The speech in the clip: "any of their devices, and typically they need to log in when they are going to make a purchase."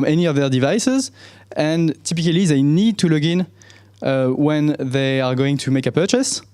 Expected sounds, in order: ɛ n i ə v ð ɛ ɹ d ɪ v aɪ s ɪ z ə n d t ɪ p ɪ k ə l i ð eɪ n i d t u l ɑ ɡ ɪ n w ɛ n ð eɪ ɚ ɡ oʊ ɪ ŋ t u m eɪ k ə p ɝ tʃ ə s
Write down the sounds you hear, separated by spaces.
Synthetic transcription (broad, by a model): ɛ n i ə v ð ɛ ɹ d ɪ v aɪ s ɪ z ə n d t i p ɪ k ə l i ð eɪ n i d t u l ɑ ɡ ɪ n w ɛ n ð eɪ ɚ ɡ oʊ ɪ ŋ t u m eɪ k ə p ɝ tʃ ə s